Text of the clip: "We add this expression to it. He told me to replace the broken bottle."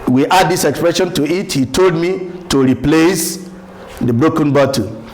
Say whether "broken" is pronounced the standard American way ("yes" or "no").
yes